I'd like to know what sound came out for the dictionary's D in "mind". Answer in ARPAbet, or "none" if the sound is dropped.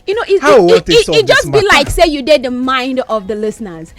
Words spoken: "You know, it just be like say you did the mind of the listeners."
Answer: D